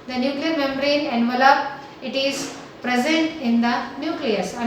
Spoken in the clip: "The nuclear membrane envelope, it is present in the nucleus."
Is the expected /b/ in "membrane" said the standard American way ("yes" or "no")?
no